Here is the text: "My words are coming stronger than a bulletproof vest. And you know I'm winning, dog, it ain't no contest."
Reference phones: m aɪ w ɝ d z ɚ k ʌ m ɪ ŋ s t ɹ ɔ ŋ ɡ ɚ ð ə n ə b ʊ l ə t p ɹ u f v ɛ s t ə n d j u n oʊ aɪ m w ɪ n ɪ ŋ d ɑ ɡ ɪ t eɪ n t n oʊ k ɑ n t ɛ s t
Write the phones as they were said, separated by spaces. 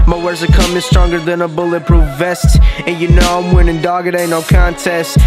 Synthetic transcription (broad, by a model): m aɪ w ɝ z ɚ k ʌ m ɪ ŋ s t ɹ ɔ ŋ ɡ ɚ ð ə n ə b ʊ l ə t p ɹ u v ɛ s t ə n j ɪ n oʊ aɪ m w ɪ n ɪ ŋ d ɑ ɡ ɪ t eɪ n n oʊ k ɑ n t ɛ s t